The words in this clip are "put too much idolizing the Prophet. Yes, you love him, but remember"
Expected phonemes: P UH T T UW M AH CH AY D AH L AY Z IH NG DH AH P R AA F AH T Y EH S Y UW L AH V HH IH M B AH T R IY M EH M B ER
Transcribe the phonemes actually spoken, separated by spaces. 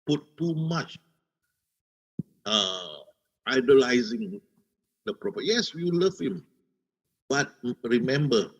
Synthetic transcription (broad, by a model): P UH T T UW M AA CH AY D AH L AY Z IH NG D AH P R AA P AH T Y EH S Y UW L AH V HH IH M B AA T R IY M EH M B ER